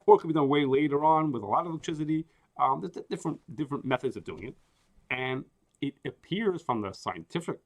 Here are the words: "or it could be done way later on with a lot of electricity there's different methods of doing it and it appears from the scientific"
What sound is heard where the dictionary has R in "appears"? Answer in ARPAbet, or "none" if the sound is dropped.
R